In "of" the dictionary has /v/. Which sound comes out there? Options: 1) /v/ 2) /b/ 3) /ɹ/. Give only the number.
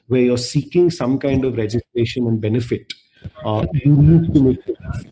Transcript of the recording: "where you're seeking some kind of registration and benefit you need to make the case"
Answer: 1